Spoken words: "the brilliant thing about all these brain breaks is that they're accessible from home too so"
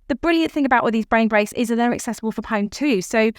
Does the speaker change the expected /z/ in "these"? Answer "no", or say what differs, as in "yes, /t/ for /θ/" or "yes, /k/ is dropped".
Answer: no